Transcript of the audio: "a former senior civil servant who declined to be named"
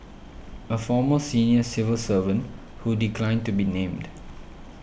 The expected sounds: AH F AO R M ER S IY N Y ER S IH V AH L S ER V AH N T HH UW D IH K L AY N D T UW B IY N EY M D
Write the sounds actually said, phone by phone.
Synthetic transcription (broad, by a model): AH F AO M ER S IY N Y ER S IH V AH L S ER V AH N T HH UW D IH K L AY N D T UW B IY N EY M D